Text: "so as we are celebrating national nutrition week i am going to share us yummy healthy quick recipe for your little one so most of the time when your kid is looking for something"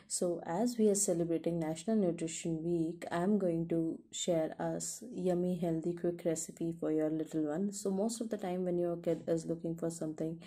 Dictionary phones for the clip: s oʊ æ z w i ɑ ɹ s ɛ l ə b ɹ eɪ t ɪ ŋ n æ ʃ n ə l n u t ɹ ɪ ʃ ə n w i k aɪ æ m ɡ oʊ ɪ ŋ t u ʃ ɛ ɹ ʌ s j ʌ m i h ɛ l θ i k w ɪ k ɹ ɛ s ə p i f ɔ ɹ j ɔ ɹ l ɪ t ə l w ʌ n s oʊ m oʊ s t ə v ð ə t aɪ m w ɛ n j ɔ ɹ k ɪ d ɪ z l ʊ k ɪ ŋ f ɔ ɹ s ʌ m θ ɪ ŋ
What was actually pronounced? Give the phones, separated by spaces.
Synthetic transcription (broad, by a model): s oʊ æ z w i ɑ ɹ s ɛ l ə b ɹ eɪ t ɪ ŋ n æ ʃ n ə l n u t ɹ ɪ ʃ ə n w i k aɪ m ɡ oʊ ɪ ŋ t u ʃ ɛ ɹ ʌ s j ʌ m i h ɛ l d i k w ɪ k ɹ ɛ s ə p i f ɔ ɹ j ɔ ɹ l ɪ t ə l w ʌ n s oʊ m oʊ s t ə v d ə t aɪ m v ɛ n j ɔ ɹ k ɪ d ɪ z l ʊ k ɪ ŋ f ɔ ɹ s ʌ m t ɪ ŋ